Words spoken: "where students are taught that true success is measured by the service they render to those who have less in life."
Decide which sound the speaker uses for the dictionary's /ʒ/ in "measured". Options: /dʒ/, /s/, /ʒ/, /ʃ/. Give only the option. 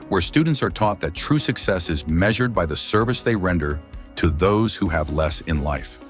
/ʒ/